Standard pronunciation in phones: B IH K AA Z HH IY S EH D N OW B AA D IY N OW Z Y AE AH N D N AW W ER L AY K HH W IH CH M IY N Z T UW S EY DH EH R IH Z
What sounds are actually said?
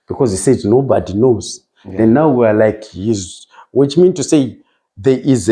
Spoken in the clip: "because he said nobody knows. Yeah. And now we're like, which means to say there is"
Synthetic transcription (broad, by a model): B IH K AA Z HH IY S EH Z N OW B AA D IY N OW Z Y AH N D N AW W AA L AY K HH W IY CH M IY N T UW S EY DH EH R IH Z